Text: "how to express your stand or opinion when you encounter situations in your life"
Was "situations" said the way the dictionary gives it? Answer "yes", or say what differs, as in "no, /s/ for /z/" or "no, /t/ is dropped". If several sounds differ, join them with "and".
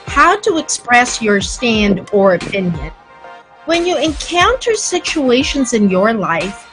yes